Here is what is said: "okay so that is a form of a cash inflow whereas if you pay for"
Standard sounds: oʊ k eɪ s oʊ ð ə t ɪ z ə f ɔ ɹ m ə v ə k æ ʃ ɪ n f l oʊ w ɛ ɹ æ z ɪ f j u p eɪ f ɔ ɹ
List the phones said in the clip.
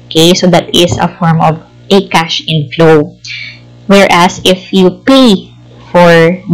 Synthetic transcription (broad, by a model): k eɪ s oʊ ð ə t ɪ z ə f ɔ ɹ m ə v ə k æ ʃ ɪ n f l oʊ w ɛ ɹ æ s ɪ f j u p eɪ f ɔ ɹ